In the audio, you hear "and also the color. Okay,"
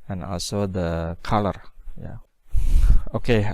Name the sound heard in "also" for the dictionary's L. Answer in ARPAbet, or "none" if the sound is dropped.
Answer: L